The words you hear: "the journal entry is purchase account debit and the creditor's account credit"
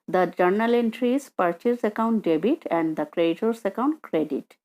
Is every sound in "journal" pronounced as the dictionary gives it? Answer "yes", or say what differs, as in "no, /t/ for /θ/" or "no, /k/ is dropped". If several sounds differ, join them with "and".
yes